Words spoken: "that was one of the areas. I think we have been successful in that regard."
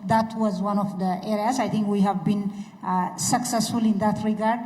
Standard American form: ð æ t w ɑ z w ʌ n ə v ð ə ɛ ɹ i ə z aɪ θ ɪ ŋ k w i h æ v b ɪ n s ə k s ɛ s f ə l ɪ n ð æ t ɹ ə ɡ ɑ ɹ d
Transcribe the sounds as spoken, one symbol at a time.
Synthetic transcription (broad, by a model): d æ t w ɑ z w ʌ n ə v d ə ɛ ɹ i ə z aɪ t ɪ ŋ k w i h æ v b ɪ n s ə k s ɛ s f ə l ɪ n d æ t ɹ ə ɡ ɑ ɹ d